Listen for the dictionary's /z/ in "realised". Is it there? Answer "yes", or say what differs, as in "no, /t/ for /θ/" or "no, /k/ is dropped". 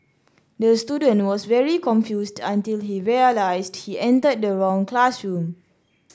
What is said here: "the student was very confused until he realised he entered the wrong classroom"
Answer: no, /s/ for /z/